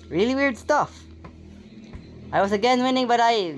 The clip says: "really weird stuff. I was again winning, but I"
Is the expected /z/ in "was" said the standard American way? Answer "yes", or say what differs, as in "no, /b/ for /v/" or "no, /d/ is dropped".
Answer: no, /s/ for /z/